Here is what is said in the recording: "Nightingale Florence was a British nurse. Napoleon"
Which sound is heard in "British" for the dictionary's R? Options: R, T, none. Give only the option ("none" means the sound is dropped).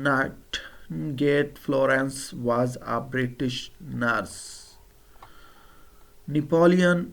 R